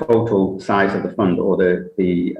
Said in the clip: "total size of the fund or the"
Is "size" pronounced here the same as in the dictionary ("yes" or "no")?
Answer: yes